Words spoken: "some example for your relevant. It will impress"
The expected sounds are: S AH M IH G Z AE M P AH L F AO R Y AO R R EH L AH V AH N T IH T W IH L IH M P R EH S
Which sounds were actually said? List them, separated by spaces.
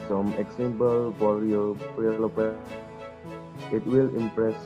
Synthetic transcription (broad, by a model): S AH M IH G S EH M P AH L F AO R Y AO R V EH L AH P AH T IH T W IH L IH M P R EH S